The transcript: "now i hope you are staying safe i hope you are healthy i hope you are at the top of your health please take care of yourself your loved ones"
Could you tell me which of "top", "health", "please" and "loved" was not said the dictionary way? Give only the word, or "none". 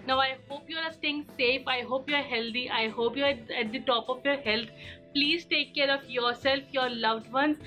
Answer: health